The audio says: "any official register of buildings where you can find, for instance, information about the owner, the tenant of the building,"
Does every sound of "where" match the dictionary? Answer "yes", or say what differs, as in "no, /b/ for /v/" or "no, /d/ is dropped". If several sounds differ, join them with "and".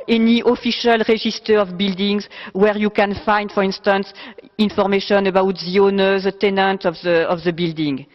yes